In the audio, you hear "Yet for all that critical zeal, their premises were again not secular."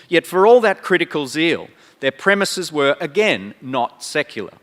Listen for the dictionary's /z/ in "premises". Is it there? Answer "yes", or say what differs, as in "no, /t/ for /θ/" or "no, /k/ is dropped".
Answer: yes